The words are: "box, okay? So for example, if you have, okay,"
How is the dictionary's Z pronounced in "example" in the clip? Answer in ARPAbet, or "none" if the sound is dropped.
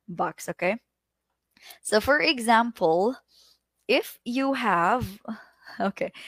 Z